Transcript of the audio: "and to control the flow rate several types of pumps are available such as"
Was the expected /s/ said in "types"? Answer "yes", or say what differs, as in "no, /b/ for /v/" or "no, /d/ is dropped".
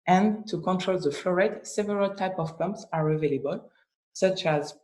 no, /s/ is dropped